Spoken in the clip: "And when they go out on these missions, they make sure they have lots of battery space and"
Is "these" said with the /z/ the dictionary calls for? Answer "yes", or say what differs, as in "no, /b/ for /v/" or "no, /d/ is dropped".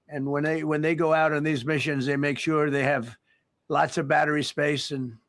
yes